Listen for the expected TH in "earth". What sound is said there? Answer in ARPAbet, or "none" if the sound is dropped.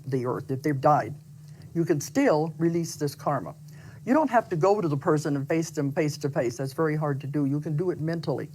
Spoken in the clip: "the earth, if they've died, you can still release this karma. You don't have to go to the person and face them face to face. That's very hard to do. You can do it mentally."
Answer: TH